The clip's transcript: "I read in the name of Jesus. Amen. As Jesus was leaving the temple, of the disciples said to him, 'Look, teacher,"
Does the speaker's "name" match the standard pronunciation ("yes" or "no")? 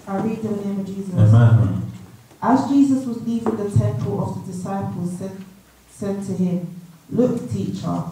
yes